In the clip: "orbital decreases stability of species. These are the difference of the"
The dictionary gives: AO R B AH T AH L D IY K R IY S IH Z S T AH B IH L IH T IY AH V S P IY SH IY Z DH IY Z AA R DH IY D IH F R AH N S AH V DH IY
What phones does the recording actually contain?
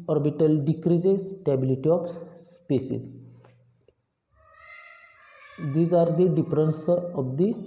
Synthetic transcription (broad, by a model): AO R B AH T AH L D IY K R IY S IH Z S T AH B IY L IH T IY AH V S P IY S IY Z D IY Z AA R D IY D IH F R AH N S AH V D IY